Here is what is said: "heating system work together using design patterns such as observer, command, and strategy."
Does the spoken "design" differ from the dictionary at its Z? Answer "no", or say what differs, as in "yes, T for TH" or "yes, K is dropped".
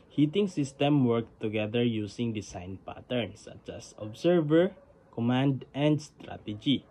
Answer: yes, S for Z